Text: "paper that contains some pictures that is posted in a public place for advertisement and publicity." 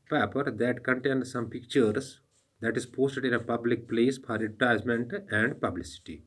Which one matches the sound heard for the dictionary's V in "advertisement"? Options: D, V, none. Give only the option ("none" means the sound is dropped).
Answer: none